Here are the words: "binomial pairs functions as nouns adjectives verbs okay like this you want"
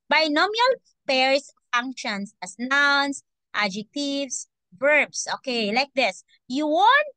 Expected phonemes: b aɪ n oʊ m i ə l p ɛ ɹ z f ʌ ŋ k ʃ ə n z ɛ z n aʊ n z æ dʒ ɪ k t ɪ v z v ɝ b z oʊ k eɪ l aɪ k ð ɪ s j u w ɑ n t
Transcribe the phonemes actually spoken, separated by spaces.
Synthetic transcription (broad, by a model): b aɪ n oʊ m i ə l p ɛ ɹ s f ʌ ŋ k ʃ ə n s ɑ s n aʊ n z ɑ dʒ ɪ k t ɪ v s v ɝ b s oʊ k eɪ l aɪ k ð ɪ s j u w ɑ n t